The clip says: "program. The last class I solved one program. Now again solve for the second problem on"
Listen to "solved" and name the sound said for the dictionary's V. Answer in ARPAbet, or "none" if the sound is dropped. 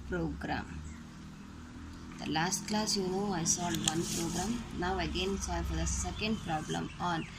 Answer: none